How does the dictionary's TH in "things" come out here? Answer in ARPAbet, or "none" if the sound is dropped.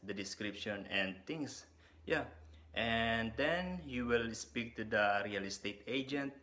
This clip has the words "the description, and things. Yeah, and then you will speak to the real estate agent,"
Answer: T